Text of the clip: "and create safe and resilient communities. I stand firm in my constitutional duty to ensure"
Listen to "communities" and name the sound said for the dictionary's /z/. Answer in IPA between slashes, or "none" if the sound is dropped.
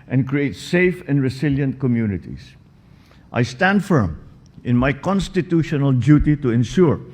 /s/